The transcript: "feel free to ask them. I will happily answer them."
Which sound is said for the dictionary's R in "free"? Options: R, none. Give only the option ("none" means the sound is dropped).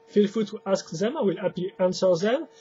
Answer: none